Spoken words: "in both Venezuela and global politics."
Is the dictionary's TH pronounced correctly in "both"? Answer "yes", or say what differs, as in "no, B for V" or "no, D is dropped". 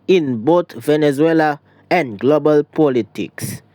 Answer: no, T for TH